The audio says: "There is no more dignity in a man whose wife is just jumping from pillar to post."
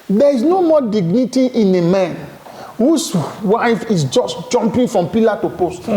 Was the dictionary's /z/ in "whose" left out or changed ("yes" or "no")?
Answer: yes